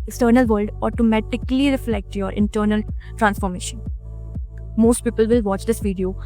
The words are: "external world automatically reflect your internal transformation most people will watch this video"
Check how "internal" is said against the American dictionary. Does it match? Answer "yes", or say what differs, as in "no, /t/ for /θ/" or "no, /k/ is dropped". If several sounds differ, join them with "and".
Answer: yes